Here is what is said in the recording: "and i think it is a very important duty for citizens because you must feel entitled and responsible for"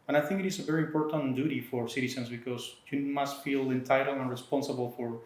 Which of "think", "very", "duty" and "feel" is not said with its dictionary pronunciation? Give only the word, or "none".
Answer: none